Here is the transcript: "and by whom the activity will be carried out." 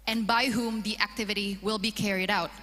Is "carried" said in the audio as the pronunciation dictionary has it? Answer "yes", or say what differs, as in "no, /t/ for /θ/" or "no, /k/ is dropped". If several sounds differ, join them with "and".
yes